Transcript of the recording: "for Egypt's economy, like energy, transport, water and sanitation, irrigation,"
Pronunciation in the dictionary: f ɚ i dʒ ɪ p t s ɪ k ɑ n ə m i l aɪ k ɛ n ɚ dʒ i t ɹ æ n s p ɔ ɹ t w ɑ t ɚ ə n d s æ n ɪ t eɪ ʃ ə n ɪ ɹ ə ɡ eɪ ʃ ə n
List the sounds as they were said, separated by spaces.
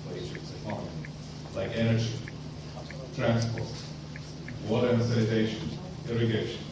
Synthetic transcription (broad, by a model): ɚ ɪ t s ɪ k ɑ l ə i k ɛ n ɚ dʒ i t ɹ æ n s p ɔ ɹ t w ɑ t ɚ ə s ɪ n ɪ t eɪ ʃ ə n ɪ ɹ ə ɡ eɪ ʃ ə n